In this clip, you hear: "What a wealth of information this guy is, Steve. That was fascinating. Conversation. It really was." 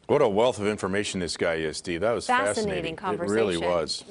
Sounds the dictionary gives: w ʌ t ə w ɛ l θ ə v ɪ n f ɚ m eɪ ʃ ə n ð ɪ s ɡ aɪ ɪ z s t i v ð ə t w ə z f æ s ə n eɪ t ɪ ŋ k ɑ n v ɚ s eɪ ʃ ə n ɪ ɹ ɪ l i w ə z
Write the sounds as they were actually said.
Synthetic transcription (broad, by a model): w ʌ t ə w ɛ l θ ə v ɪ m f ɚ m eɪ ʃ n ð ɪ s ɡ aɪ ɪ z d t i ð ə t w ə z f æ s ə n eɪ t ɪ ŋ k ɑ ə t ɹ ɪ l i w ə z